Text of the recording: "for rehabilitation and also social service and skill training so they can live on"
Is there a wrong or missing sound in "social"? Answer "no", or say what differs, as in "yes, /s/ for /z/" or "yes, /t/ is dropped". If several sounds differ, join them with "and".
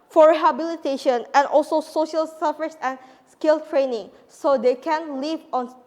no